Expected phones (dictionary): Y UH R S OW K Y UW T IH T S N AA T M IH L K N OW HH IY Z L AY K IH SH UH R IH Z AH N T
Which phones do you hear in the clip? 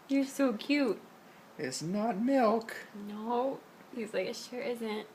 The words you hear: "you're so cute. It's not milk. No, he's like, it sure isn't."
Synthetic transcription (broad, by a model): Y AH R S OW K Y UW T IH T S N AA T M IH L K N OW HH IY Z L AY K IH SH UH R IH Z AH N T